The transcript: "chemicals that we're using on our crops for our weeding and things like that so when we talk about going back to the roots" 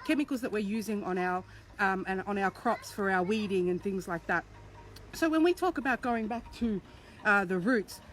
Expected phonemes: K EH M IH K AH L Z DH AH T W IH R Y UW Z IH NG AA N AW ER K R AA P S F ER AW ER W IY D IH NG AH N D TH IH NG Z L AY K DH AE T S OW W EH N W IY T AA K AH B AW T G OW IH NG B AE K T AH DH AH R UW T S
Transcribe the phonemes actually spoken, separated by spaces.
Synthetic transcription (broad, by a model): K EH M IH K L Z DH AH T W IH R Y UW Z IH NG AA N AW ER K R AA P S F ER AW ER W IY D IH NG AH N TH IH NG Z L AY K DH AE T S OW W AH N W IY T AA K AH B AW T G OW IH NG B AE K T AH DH AH R UW T S